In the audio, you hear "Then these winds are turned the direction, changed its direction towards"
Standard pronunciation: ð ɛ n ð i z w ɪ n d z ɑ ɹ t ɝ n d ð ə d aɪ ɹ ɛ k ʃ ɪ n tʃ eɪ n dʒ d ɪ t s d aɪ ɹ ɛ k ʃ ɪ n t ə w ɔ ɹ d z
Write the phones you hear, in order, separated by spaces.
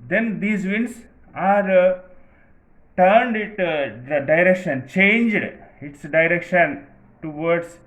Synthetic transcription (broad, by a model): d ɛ n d i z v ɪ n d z ɑ ɹ t ɝ n d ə d aɪ ɹ ɛ k ʃ ɪ n tʃ eɪ n dʒ d ɪ t s d aɪ ɹ ɛ k ʃ ɪ n t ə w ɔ ɹ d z